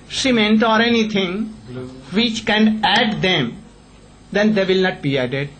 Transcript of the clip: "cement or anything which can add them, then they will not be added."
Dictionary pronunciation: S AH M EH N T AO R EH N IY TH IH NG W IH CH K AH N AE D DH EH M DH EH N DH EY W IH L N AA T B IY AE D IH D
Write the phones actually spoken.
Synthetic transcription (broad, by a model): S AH M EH N T AO R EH N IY T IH NG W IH CH K AH N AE D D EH M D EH N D EY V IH L N AA T B IY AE D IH D